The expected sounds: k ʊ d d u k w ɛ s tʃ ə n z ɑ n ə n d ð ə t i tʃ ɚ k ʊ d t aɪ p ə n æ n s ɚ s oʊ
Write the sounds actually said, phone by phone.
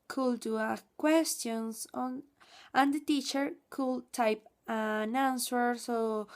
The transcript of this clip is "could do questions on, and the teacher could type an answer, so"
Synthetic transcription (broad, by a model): k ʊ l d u k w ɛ s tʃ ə n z ɑ n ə n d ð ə t i tʃ ɚ k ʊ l t aɪ p ə n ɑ n s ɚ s oʊ